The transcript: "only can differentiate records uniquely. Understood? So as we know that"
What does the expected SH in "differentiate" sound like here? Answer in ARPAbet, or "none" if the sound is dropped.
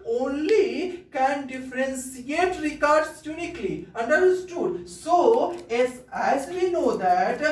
S